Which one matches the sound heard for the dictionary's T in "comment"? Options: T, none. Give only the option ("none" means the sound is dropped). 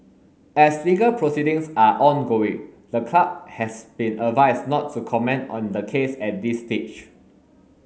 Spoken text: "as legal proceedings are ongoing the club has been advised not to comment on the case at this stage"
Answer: T